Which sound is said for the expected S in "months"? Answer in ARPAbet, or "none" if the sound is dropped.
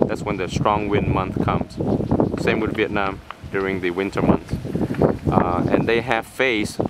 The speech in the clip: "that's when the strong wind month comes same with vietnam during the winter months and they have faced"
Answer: none